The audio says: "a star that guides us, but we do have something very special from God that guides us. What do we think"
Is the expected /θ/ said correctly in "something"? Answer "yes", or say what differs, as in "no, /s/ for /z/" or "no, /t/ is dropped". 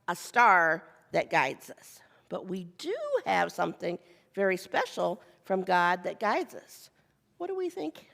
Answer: yes